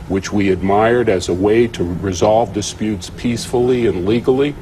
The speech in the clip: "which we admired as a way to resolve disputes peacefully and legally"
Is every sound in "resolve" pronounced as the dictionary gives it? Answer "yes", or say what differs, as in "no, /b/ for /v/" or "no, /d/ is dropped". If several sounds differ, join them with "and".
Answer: yes